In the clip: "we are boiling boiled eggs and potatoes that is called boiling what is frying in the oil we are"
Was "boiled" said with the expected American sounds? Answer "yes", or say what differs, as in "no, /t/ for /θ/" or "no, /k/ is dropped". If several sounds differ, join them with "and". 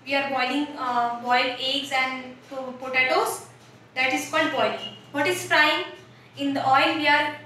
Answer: no, /d/ is dropped